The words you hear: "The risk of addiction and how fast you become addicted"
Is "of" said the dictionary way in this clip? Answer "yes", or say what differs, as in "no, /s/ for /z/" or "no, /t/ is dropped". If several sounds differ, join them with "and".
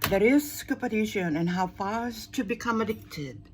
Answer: no, /p/ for /v/